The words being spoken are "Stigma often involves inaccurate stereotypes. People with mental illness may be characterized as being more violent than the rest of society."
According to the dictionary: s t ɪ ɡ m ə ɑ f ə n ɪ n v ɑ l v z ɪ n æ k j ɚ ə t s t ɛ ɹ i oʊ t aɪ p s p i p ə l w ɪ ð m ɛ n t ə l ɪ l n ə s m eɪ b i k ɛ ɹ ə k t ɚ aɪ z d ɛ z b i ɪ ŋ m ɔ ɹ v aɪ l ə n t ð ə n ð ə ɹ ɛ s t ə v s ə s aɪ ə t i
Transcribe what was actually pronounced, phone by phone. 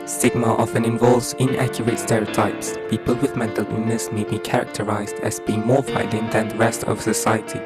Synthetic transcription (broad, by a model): s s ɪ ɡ m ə ɑ f ə n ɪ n v ɑ l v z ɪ n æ k j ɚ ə t s t ɛ ɹ i oʊ t aɪ p s p i p ə l w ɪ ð m ɛ n t ə l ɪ n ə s m eɪ b i k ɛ ɹ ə k t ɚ aɪ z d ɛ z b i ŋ m ɔ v aɪ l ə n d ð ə n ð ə ɹ ɛ s t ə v s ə s aɪ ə t i